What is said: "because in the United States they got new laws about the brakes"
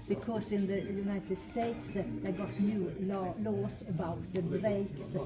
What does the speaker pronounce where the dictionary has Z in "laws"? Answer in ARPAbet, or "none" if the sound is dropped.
S